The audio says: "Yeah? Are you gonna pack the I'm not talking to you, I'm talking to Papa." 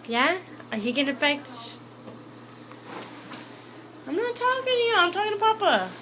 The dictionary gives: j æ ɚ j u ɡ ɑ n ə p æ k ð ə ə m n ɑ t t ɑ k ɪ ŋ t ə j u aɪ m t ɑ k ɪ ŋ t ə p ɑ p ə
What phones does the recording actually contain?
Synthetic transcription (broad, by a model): j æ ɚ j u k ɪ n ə f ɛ k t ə ə m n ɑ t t ɑ k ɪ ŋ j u aɪ m t ɑ k ɪ ŋ t ə p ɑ p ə